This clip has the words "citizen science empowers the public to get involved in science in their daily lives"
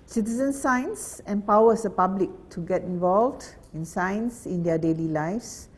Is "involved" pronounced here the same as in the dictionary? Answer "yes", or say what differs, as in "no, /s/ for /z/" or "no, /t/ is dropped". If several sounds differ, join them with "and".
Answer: yes